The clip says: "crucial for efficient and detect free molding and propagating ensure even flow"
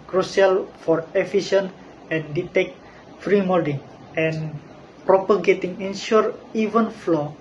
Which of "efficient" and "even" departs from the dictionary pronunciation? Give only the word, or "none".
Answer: efficient